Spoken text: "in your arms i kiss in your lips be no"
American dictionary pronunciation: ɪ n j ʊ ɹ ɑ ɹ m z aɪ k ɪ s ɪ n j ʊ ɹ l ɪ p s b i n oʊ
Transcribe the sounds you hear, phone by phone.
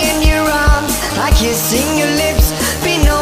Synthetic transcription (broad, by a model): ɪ n j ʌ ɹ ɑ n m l aɪ k ɪ s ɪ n j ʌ ɹ l ɪ p s b i n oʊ